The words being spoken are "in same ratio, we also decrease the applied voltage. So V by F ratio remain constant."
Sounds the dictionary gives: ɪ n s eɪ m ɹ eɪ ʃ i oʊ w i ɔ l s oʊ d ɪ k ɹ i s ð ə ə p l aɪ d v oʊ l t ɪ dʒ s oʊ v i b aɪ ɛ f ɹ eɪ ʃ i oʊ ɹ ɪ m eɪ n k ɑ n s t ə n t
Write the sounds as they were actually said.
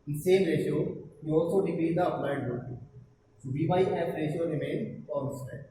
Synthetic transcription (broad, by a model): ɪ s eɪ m ɹ eɪ ʃ i oʊ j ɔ s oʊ d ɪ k ɹ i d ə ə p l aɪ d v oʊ t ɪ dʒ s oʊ b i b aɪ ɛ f ɹ eɪ ʃ i oʊ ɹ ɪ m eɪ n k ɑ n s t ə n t